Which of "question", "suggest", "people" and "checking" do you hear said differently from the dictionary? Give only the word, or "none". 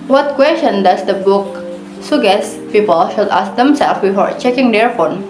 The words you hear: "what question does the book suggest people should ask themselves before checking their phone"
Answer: suggest